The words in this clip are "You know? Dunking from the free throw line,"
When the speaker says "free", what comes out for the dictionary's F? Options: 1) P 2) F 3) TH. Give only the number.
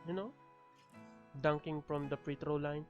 1